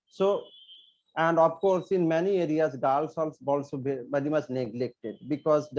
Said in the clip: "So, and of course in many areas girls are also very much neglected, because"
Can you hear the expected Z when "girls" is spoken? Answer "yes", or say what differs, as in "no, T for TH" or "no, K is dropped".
no, S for Z